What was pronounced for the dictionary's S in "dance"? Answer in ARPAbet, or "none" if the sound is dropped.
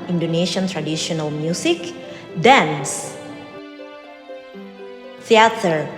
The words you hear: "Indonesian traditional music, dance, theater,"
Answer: S